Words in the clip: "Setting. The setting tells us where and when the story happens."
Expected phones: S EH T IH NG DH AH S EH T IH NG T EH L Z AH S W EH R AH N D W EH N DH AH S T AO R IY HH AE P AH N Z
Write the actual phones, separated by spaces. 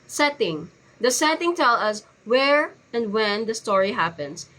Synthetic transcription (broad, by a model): S EH T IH NG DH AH S EH T IH NG T EH L AH S W EH R AH N D W EH N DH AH S T AO R IY HH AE P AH N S